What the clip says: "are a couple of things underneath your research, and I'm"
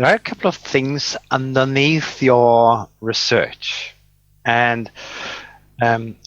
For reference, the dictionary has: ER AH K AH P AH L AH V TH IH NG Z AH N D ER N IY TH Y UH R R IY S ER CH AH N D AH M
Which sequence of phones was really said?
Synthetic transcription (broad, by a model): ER AH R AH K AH L AH V TH IH NG Z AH N D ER N IY TH Y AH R R IY S ER CH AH N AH M